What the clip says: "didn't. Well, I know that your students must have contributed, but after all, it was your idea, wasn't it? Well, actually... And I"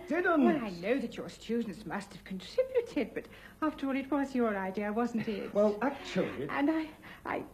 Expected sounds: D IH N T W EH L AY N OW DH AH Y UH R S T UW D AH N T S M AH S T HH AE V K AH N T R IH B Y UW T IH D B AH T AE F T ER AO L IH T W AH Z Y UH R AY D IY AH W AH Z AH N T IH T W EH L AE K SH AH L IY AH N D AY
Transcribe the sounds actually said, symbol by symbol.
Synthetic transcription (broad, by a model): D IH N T W EH L AY N OW DH AH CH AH R S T UW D N T S M AH S T HH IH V K N T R IH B Y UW T IH D B AH T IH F T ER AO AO IH T W AH Z Y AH R AY D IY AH W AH Z N T IH T W EH L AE K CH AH L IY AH N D AY